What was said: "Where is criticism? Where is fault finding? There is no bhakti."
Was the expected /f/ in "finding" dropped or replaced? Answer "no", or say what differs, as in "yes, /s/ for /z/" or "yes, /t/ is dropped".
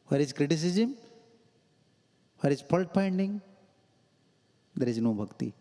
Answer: yes, /p/ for /f/